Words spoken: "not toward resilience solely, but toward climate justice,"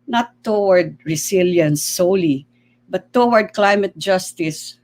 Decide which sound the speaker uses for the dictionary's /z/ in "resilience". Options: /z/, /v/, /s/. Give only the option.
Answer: /s/